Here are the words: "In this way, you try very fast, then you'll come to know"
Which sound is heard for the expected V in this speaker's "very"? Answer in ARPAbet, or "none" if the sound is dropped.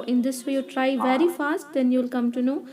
V